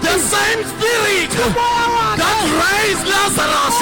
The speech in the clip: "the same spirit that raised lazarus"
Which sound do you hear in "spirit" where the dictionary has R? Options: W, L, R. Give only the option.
L